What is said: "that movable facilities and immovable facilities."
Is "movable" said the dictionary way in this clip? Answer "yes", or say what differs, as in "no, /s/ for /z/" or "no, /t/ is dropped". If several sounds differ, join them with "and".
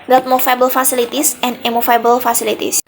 no, /f/ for /v/